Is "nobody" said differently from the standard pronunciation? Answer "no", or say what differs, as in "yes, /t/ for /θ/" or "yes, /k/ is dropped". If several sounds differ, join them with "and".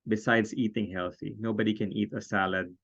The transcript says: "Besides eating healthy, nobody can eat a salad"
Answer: no